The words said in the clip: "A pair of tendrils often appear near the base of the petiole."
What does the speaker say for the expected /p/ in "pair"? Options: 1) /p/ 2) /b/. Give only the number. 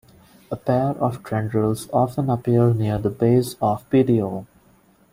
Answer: 1